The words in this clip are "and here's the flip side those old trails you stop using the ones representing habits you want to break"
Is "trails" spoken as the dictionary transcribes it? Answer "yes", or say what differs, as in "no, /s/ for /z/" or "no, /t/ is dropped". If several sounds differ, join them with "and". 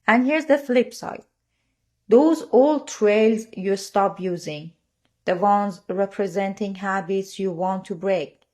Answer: yes